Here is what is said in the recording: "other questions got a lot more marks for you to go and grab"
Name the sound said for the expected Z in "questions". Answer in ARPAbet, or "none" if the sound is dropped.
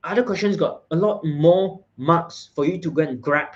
S